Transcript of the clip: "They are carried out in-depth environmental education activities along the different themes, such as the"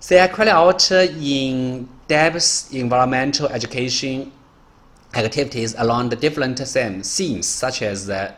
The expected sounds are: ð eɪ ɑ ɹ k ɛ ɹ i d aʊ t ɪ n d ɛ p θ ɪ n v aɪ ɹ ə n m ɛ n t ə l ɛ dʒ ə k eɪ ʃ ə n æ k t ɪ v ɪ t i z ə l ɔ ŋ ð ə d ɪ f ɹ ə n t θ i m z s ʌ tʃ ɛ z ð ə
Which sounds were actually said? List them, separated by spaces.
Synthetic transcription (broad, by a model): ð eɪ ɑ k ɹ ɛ l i aʊ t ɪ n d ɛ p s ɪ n v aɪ ɹ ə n m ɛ n t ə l ɛ dʒ ə k eɪ ʃ ə n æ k t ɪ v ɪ t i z ə l ɔ ŋ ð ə d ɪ f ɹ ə n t s i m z s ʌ tʃ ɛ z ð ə